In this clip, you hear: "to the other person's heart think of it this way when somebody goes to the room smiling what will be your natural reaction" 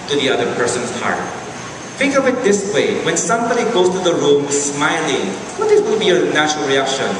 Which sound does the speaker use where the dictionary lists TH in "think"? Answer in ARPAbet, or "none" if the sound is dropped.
F